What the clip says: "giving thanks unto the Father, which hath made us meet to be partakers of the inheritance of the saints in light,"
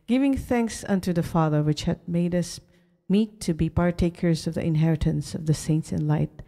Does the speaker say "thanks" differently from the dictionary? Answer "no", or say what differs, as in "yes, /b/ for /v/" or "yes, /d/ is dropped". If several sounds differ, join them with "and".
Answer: no